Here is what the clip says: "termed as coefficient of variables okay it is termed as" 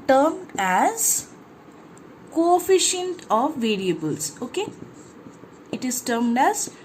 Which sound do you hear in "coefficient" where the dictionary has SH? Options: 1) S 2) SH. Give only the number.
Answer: 2